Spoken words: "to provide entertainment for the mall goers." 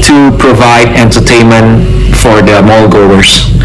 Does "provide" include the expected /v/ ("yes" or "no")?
yes